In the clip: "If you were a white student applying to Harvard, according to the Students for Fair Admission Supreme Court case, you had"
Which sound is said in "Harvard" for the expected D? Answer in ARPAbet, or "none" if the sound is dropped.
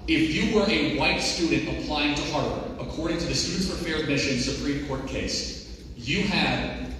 none